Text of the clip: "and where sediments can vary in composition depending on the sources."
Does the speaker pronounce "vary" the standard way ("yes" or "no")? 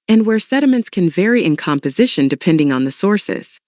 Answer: yes